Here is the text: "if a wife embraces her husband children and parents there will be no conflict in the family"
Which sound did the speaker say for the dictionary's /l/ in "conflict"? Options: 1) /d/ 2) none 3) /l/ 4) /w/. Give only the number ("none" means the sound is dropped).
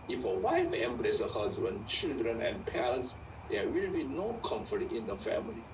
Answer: 2